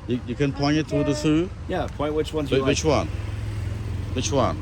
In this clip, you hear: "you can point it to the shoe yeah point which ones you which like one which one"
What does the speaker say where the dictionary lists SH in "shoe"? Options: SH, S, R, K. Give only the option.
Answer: S